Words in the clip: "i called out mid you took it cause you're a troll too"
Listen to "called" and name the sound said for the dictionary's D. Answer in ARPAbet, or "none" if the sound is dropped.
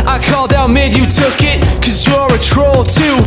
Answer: D